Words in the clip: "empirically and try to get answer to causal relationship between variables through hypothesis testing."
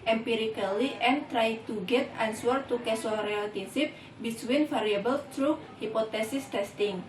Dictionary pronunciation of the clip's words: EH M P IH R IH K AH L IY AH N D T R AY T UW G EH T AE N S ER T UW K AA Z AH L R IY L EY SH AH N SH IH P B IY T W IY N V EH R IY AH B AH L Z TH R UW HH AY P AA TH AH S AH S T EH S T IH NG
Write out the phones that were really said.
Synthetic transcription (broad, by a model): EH M P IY R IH K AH L IY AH N T R AY T UW G EH T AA N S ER T UW K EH S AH R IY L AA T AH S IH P B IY S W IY N F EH R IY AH B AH L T R UW HH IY P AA T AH S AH S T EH S T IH NG